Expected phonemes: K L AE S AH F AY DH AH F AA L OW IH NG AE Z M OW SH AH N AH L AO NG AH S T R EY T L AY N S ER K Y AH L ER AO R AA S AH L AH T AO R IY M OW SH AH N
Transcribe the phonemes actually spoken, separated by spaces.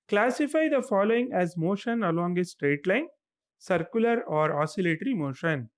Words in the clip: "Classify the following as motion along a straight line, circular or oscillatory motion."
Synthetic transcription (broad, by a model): K L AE S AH F AY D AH F AA L OW IH NG AE Z M OW SH AH N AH L AO NG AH S T R EY T L AY N S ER K Y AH L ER AO R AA S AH L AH T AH R IY M OW SH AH N